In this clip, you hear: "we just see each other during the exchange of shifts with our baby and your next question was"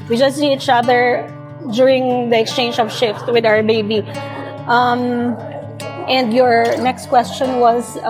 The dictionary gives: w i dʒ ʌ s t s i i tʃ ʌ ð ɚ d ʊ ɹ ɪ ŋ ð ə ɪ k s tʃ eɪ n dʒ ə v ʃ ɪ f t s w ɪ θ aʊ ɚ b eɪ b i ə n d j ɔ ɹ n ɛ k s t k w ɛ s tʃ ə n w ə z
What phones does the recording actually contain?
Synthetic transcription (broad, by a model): w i dʒ ʌ s t s i i tʃ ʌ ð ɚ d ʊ ɹ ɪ ŋ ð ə ɪ k s tʃ eɪ n dʒ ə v ʃ ɪ f t w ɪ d aʊ ɚ b eɪ b i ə n d j ɔ ɹ n ɛ k s t k w ɛ s tʃ ə n w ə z